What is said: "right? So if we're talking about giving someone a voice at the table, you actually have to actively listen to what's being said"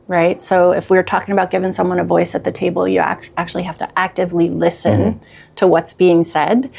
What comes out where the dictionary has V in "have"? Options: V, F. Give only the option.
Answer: F